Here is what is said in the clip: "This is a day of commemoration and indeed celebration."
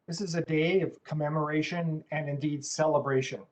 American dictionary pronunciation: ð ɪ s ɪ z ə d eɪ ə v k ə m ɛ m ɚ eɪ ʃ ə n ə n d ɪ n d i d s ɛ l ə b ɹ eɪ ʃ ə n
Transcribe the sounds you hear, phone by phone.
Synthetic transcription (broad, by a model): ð ɪ s ɪ z ə d eɪ ə v k ə m ɛ m ɚ eɪ ʃ ə n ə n ɪ n d i d s ɛ l ə b ɹ eɪ ʃ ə n